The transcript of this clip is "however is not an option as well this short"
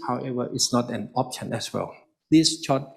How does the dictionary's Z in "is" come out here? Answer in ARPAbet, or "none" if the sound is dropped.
S